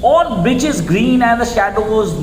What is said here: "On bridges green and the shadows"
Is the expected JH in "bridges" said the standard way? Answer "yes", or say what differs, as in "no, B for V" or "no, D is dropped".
no, CH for JH